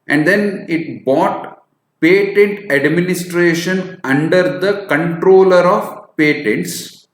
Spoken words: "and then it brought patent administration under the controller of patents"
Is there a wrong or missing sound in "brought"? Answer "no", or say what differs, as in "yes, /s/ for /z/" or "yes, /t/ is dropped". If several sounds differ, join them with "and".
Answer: yes, /ɹ/ is dropped